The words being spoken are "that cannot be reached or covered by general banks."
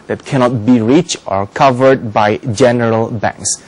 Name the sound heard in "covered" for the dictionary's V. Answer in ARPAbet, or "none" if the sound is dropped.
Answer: V